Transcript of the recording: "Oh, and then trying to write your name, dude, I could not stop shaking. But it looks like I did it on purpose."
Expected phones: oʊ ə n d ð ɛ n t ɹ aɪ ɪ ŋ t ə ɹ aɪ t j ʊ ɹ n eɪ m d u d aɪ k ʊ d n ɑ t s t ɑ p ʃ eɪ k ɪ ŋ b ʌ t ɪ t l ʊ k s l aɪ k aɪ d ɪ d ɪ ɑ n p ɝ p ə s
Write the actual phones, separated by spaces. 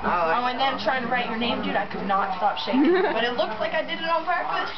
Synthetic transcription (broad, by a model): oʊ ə n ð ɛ n t ɹ aɪ ɪ ŋ t ə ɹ aɪ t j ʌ ɹ n eɪ m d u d aɪ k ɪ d n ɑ t s t ɑ p ʃ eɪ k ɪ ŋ b ʌ t ɪ t l ʊ k s l aɪ k aɪ d ɪ d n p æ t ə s